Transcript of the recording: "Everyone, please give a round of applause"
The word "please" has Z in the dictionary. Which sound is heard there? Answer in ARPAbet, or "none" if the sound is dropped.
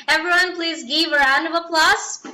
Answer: Z